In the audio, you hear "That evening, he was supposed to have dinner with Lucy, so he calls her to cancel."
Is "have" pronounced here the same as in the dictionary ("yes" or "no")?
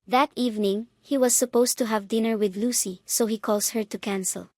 yes